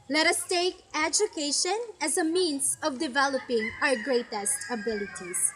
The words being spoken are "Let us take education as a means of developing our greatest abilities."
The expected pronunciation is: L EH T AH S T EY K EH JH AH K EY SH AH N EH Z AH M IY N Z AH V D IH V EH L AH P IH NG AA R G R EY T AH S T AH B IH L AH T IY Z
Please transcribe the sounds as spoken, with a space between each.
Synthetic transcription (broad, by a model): L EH T AH S T EY K EH JH AH K EY SH AH N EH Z AH M IY N S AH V D IH V EH L AH P IH NG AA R G R EY T AH S T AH B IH L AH T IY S